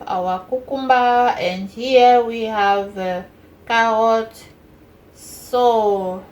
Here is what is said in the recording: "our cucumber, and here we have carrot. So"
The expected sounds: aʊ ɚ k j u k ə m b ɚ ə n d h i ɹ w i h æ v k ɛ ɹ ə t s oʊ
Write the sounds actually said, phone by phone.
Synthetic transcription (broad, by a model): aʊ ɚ k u k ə m b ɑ ə n d h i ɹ w i h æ v k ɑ ə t s oʊ